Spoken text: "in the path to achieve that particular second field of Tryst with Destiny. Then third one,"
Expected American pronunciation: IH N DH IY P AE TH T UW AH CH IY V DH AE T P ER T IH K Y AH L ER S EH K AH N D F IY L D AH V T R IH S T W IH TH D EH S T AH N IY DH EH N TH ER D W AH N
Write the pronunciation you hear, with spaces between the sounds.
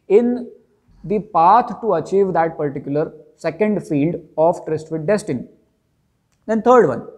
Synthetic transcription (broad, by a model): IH N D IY P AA T T UW AH CH IY V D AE T P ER T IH K Y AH L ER S EH K AH N D F IY L D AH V T R IH S T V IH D D EH S T AH N IY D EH N T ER D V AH N